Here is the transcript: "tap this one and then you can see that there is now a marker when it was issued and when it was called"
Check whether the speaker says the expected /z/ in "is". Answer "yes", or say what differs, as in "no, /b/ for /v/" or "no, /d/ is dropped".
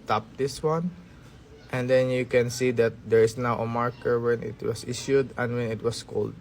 no, /s/ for /z/